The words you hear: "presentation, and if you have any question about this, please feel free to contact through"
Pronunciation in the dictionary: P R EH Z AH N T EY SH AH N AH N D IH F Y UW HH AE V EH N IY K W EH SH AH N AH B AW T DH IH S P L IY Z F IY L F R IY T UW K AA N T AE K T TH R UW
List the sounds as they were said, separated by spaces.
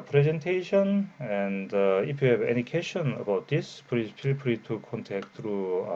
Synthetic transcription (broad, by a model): P R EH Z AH N T EY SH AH N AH N D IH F Y UW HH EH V EH N IY K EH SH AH N AH B AW T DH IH S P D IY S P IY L P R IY T UW K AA N T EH K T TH R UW